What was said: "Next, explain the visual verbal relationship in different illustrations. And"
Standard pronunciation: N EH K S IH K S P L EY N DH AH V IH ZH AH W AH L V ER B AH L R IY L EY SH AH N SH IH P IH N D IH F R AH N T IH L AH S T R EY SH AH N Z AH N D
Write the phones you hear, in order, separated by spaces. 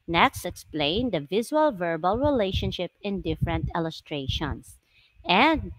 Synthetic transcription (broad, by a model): N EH K S IH K S P L EY N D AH V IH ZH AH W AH L V ER B AH L R IY L EY SH AH N SH IH P IH N D IH F R AH N T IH L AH S T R EY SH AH N S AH N D